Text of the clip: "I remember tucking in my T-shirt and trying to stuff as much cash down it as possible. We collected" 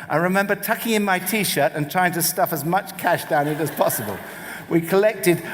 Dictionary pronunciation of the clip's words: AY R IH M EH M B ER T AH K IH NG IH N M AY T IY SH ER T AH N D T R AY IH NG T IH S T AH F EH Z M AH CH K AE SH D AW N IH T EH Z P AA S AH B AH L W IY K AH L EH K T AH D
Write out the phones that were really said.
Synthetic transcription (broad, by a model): AY R IH M EH M B ER T AH K IH NG IH N M AY T IY SH ER T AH N T R AY IH NG T IH S T AH F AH Z M AH CH K AE SH D AW N IH T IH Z P AA S AH B AH L W IY K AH L EH K T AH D